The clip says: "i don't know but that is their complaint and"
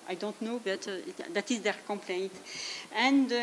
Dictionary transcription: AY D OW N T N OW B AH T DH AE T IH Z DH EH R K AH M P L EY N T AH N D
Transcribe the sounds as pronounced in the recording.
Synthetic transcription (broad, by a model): AY D OW N T N OW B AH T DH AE T IH Z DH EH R K AH M P L EY N T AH N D